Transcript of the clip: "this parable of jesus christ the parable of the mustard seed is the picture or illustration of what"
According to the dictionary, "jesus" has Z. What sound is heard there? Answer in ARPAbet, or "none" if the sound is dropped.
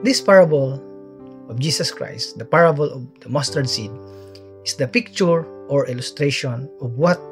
S